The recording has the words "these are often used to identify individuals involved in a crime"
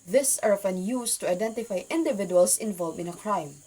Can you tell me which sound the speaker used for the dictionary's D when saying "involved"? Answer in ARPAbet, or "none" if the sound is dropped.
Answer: none